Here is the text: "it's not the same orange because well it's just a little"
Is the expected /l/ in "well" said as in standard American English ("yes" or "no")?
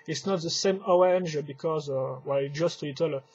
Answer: no